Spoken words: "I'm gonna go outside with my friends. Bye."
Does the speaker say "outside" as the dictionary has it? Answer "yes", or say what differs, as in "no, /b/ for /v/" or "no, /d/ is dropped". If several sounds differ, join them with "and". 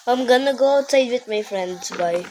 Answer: no, /s/ is dropped